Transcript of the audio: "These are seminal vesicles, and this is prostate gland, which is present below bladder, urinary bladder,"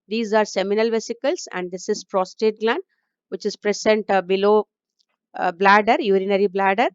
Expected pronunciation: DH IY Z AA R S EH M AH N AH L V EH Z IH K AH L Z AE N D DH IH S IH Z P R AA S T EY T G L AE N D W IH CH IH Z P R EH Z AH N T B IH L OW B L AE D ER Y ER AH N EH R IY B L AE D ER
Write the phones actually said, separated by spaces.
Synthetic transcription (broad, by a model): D IY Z AA R S EH M AH N AH L V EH S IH K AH L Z AE N D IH S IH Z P R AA S T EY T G L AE N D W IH CH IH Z P R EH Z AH N T B IH L OW B L AE D ER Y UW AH N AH R IY B L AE D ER